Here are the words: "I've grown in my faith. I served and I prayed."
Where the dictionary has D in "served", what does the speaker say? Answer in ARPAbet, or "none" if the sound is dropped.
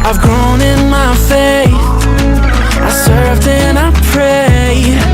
D